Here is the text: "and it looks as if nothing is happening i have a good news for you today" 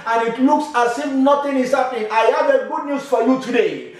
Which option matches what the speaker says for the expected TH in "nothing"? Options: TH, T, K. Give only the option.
T